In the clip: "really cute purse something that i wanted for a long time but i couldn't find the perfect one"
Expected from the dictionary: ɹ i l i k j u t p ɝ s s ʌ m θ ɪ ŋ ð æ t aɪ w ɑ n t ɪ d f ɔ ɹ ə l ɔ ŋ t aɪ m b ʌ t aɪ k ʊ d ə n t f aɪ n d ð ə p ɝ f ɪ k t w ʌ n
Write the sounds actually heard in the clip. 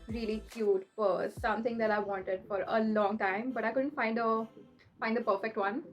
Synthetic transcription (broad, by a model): ɹ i l i k j u t f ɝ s s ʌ m t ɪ ŋ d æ t aɪ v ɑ n t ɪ d f ɔ ɹ ə l ɔ ŋ t aɪ m b ʌ t aɪ k ʊ d ə n t f aɪ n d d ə p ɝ f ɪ k t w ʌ n